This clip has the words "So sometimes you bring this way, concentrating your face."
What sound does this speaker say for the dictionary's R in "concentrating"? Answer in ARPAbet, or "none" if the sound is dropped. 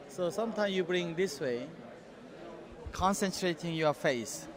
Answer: R